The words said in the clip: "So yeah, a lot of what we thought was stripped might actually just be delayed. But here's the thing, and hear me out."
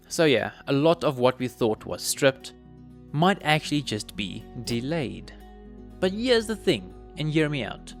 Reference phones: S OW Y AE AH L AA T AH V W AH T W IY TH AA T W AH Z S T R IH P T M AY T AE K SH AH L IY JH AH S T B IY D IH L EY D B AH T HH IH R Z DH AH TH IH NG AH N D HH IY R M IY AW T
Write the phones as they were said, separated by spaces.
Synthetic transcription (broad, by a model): S OW Y AE AH L AA T AH V W AH T W IY TH AA T W AH Z S T R IH P T M AY T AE K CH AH L IY JH AH S T B IY D IH L EY D B AH T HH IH Z DH AH TH IH NG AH N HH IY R M IY AW T